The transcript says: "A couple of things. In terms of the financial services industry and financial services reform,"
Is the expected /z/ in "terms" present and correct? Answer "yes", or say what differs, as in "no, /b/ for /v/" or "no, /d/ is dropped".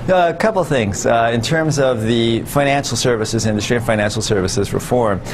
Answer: yes